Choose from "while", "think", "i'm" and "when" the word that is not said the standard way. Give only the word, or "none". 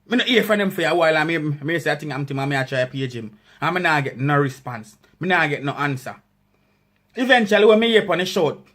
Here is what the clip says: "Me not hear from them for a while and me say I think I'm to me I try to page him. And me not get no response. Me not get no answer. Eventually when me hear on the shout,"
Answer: think